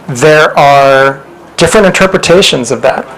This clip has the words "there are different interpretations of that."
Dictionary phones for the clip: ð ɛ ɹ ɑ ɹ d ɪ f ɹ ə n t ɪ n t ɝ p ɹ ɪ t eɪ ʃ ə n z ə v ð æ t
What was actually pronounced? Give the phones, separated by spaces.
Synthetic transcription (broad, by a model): ð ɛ ɹ ɑ ɹ d ɪ f ɹ ə n t ɪ n t ɝ p ɹ ɪ t eɪ ʃ ə n z ə v ð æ t